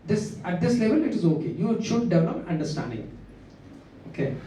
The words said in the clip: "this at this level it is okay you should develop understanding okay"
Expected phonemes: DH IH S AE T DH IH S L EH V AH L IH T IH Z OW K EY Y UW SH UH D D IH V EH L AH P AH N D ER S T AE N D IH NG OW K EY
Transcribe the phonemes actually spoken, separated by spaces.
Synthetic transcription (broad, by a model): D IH S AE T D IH S L EH V AH L IH T IH Z OW K EY Y UW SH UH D D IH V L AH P AH N D ER S T AE N D IH NG OW K EY